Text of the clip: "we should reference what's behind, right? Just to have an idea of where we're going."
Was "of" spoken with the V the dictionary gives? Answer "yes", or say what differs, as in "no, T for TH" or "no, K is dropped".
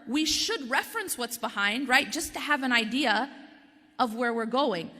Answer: yes